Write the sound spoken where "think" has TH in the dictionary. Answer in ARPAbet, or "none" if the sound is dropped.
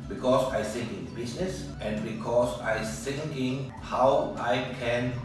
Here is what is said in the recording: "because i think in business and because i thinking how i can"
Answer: S